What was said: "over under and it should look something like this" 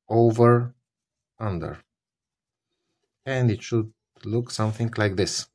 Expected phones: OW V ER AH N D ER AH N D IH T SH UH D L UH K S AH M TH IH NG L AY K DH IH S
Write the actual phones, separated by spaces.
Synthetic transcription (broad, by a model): OW V ER AH N D ER AH N D IH T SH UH D L UH K S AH M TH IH NG L AY K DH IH S